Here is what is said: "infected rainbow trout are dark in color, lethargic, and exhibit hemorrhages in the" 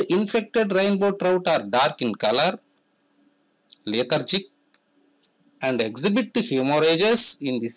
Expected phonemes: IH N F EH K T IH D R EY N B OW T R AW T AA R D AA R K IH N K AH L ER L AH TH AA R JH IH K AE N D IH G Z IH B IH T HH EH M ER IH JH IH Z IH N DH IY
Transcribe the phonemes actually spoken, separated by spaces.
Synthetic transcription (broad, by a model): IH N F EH K T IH D R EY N B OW T R AW T AA R D AA R K IH N K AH L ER L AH T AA R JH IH K AE N D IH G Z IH B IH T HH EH M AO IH JH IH S IH N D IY